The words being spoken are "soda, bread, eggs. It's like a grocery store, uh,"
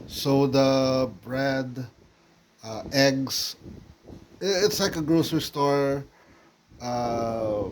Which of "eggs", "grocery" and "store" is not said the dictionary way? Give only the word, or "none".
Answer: eggs